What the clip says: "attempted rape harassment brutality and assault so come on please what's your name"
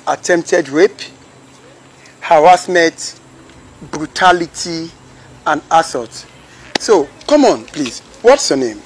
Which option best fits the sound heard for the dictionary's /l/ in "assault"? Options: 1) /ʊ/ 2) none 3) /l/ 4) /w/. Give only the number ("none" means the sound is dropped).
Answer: 2